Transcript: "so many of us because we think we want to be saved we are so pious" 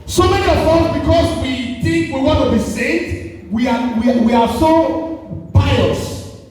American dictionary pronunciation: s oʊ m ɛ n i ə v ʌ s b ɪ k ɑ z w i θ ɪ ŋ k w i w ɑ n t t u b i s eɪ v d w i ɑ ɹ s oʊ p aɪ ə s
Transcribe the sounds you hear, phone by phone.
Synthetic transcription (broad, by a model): s oʊ m ɛ n i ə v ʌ b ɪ k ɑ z w i θ ɪ ŋ k w i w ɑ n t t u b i s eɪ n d w i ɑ w s oʊ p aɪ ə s